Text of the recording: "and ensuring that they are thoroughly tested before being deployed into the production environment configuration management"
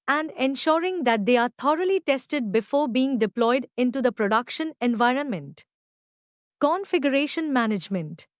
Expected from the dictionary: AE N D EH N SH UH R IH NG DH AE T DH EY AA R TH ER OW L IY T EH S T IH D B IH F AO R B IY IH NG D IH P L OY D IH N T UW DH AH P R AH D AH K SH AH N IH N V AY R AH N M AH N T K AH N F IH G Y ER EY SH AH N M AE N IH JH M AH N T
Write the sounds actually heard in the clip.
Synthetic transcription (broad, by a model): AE N D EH N SH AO R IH NG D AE T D EY AA R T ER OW L IY T EH S T IH D B IH F AO R B IY IH NG D IH P L OY D IH N T UW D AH P R AH D AH K SH AH N IH N V AY R AH N M AH N T K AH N F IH G Y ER EY SH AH N M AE N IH JH M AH N T